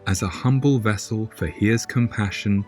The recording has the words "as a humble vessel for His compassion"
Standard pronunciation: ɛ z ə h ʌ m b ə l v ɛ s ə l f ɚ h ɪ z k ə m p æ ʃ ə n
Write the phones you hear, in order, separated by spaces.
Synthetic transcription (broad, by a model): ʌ z ə h ʌ m b ə l v ɛ s ə l f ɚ h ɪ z k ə m p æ ʃ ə n